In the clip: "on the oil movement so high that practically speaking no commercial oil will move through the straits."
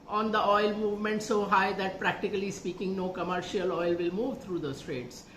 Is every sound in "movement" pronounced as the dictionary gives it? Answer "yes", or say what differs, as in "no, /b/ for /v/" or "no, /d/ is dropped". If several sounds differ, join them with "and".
yes